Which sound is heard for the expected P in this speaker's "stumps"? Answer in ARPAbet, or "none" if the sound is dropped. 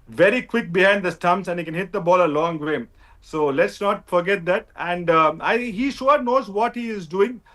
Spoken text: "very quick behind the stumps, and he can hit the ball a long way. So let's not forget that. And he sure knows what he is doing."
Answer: none